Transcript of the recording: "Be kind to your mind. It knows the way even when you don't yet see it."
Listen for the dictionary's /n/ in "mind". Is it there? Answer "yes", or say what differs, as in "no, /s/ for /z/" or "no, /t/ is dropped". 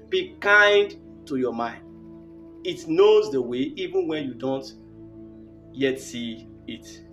yes